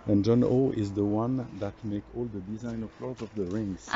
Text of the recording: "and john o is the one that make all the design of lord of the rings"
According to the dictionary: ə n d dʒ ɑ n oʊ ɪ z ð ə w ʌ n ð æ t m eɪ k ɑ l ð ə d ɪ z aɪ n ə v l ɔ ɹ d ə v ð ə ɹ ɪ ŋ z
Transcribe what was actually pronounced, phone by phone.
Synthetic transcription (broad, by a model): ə n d dʒ ɑ n oʊ ɪ z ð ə w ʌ n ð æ t m eɪ k ɑ l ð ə d ɪ z aɪ n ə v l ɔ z ə v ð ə ɹ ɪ ŋ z